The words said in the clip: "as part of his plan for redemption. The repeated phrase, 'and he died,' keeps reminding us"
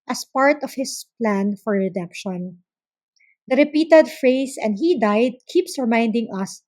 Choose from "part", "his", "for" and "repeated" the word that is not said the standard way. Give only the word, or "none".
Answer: his